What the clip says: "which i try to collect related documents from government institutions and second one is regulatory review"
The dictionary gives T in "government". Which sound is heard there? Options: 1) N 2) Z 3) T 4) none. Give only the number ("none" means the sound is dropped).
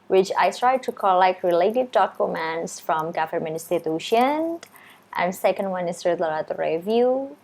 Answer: 4